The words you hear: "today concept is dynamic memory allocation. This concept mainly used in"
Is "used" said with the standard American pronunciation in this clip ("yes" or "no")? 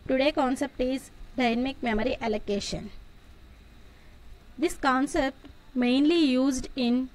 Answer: yes